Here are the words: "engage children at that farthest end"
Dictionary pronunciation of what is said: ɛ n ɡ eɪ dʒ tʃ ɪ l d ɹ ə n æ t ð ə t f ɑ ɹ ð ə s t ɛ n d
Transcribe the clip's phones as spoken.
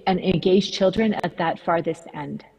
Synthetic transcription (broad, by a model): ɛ n ɡ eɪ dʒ tʃ ɪ l d ɹ ə n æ t ð ə t f ɑ ɹ ð ə s t ɛ n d